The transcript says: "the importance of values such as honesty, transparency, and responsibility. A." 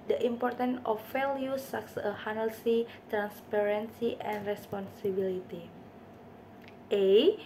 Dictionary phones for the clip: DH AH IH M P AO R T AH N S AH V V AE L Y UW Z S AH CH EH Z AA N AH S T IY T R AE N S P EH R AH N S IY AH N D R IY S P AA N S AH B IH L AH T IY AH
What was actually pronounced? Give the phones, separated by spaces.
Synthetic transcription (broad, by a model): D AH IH M P AO R T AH N AH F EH L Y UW S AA S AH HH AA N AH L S IY T R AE N S P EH R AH N S IY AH N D R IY S P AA N S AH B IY L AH T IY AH